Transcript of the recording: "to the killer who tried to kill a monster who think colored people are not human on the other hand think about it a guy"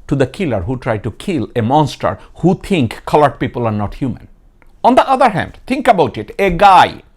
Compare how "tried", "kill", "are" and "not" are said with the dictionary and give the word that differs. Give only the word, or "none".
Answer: none